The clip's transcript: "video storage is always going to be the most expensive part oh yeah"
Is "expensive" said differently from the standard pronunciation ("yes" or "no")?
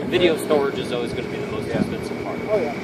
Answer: yes